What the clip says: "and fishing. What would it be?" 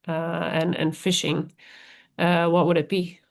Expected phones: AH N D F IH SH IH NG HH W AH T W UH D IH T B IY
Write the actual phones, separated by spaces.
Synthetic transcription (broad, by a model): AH N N F IH SH IH NG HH W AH T W UH D IH T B IY